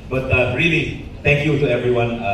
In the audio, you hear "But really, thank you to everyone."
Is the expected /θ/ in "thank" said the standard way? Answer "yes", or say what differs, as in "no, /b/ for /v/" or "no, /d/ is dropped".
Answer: no, /t/ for /θ/